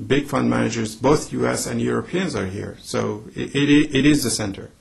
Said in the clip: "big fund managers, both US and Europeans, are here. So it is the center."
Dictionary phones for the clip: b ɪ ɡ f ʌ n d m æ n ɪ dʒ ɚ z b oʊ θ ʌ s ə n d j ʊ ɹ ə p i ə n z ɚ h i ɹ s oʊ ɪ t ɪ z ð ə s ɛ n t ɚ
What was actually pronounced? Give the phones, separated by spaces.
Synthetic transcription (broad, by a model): b ɪ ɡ f ʌ n d m æ n ɪ dʒ ɚ z b oʊ θ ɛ s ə n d j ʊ ɹ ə p i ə n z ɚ h i ɹ s oʊ ɪ t ɪ z ð ə s ɛ n t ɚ